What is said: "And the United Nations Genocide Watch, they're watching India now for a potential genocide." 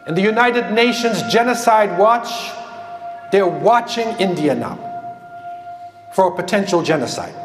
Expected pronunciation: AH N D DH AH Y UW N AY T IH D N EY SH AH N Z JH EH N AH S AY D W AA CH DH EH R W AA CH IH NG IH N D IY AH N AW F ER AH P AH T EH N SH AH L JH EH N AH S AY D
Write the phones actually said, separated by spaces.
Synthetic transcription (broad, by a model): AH N DH AH Y UW N AY T IH D N EY SH AH N Z JH EH N AH S AY D W AA CH DH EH R W AA CH IH NG IH N D IY AH N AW F ER AH P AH T EH N SH L JH EH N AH S AY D